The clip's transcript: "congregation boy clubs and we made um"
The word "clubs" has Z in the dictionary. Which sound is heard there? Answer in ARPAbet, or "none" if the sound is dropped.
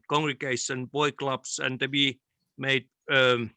S